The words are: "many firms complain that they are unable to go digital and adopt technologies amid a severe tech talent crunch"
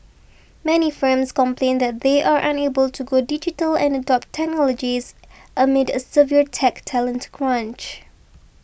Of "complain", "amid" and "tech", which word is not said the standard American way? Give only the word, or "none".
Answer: none